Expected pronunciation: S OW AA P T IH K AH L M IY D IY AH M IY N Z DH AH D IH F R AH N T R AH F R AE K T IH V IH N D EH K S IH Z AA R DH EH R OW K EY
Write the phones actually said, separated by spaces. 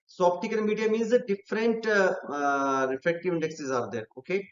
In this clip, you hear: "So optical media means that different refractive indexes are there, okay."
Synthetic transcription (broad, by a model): S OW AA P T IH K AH N M IY D IY AH M IY N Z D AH D IH F R AH N T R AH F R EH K T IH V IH N D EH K S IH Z AA R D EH R OW K EY